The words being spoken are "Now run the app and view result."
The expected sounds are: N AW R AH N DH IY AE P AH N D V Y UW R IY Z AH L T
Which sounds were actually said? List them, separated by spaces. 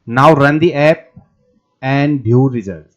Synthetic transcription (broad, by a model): N AW R AH N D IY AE P AH N D B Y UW R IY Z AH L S